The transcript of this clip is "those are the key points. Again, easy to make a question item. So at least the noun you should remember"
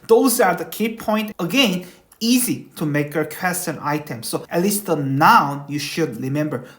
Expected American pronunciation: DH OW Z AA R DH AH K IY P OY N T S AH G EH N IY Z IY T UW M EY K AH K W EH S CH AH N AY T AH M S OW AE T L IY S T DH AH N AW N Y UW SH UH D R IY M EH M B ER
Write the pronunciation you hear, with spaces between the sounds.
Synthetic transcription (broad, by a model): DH OW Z AA R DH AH K IY P OY N T AH G EH N IY Z IY T UW M EY K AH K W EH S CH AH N AY T AH M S OW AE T L IY S T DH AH N AW N Y UW SH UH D R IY M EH M B ER